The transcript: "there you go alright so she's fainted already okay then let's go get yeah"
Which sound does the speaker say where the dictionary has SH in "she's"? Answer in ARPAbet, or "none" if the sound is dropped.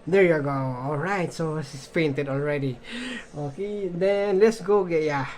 S